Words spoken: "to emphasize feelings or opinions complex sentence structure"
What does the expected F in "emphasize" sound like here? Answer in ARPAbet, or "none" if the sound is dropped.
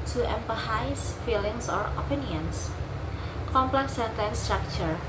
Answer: P